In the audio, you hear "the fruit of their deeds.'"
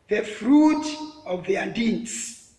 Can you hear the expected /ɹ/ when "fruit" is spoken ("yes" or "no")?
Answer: yes